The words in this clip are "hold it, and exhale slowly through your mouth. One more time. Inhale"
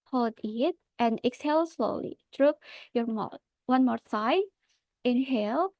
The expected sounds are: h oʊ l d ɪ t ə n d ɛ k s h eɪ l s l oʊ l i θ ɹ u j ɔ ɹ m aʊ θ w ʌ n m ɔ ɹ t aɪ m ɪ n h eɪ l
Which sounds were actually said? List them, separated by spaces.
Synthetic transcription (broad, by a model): h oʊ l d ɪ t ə n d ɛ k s h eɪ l s l oʊ l i t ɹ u j ɔ ɹ m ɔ w ʌ n m ɔ ɹ s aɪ ɪ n h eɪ l